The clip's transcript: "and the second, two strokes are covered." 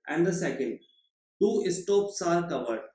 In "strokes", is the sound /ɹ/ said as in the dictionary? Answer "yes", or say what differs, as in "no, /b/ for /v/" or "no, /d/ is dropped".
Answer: no, /ɹ/ is dropped